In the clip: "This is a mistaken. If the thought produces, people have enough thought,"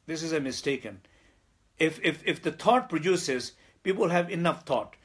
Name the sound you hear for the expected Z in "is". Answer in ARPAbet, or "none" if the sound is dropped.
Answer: Z